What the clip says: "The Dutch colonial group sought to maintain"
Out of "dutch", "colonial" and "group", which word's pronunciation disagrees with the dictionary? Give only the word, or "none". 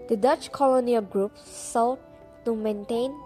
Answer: none